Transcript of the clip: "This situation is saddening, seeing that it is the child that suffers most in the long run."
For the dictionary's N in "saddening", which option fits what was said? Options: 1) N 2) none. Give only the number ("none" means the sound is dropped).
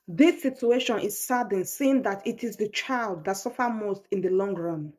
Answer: 2